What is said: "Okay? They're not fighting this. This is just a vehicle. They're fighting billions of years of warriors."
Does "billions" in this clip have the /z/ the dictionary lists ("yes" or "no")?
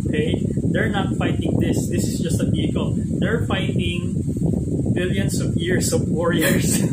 no